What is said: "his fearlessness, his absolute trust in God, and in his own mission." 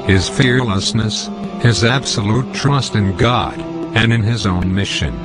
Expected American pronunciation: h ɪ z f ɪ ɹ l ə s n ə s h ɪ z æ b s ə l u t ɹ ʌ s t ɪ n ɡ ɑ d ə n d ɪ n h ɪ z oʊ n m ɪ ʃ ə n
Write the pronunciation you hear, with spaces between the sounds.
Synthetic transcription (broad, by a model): h ɪ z f ɪ ɹ l ə s n ə s h ɪ z æ b s ə l u t ɹ ʌ s t ɪ n ɡ ɑ d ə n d ɪ n ɪ z oʊ n m ɪ ʃ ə n